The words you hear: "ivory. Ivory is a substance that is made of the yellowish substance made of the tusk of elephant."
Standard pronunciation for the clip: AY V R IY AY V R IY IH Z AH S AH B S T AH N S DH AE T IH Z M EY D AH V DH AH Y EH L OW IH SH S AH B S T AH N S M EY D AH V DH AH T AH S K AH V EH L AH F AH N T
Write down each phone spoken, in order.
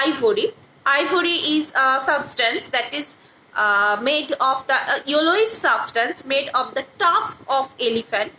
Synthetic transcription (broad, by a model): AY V R IY AY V R IY IH Z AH S AH B S T AH N S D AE T IH Z M EY D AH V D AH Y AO L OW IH S S AH B S T AH N S M EY D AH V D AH T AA S K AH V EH L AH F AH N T